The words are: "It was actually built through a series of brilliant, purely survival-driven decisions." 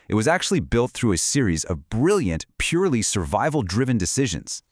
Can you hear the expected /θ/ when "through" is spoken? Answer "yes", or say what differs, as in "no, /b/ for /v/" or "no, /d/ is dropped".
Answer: yes